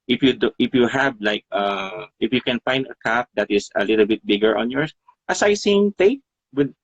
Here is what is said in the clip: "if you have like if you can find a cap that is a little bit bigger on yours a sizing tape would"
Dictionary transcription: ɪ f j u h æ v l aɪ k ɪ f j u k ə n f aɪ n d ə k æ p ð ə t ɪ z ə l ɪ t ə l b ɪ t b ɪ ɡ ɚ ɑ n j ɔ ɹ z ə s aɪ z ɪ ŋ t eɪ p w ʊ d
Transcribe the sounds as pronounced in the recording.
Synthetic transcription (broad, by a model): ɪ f j u h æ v l aɪ k ɪ f j u k ə n f aɪ n d ə k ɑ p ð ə t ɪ s ə l ɪ t ə l b ɪ t b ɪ ɡ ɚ ɑ n j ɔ ɹ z ə s aɪ s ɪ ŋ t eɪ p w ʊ d